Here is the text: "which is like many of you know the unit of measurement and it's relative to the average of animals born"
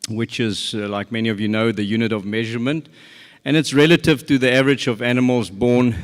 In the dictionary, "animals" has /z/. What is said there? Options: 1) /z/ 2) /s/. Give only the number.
1